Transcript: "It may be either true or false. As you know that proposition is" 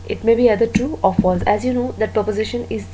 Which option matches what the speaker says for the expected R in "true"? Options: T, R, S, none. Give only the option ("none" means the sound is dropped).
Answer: none